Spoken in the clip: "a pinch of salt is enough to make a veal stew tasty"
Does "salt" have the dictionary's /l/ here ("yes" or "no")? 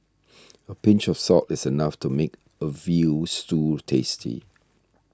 no